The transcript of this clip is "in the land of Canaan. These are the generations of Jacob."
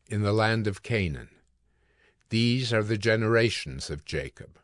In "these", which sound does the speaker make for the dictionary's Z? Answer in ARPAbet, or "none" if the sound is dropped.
Z